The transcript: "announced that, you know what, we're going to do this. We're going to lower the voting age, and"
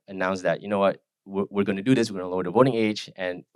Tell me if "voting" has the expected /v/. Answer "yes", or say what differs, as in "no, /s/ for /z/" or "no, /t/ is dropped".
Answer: yes